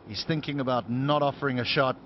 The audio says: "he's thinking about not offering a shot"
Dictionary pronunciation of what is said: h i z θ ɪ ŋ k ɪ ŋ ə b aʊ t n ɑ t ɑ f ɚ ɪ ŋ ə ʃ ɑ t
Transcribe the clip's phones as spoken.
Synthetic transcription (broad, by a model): h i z θ ɪ ŋ k ɪ ŋ ə b aʊ t n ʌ t ɑ f ɚ ɪ ŋ ə ʃ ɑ t